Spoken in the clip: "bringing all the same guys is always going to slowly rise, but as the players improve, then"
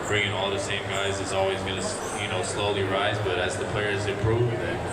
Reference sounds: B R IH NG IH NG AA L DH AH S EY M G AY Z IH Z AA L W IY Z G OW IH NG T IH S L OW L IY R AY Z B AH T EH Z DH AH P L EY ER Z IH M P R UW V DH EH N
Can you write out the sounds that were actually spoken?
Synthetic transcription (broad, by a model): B R IH NG IH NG AA L DH AH S EY M G AY Z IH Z AA L W IY Z G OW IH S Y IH S L OW L IY R AY Z B AH T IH Z DH AH P L EY ER Z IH P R UW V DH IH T